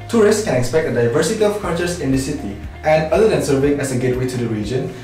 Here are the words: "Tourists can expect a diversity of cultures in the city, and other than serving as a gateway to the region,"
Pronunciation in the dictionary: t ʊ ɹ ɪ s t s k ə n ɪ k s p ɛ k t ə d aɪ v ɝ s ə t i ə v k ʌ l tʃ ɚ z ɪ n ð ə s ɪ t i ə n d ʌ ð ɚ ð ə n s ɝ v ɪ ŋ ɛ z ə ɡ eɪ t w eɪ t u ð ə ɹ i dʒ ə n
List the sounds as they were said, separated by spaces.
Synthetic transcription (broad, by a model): t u ɹ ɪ s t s k ə n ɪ k s p ɛ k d ə d aɪ v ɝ s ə t i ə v k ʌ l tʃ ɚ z ɪ n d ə s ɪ t i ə n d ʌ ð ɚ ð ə n s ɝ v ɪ ŋ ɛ s ə ɡ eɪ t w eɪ t u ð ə ɹ i dʒ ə n